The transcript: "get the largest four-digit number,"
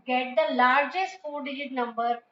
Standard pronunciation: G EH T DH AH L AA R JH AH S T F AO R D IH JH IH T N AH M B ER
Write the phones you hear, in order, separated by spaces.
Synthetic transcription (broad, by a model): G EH T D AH L AA R JH AH S T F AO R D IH IH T N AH M B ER